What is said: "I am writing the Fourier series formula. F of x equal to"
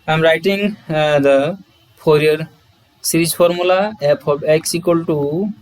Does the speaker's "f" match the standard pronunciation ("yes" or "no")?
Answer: no